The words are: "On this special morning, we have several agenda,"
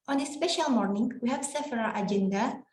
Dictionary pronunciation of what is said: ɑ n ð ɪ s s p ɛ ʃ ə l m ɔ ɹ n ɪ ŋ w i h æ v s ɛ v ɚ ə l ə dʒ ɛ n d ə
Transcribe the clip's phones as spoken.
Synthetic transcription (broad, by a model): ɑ n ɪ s s p ɛ ʃ ə l m ɔ ɹ n ɪ ŋ w i h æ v s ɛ f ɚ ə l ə dʒ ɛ n d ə